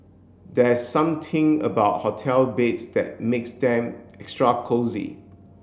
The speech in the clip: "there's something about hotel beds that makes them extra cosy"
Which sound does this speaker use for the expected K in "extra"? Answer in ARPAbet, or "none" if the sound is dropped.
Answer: K